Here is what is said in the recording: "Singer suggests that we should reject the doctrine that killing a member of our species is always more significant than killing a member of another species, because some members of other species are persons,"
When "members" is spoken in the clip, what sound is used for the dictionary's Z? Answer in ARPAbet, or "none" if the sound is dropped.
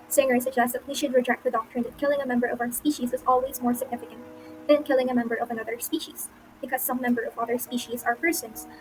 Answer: none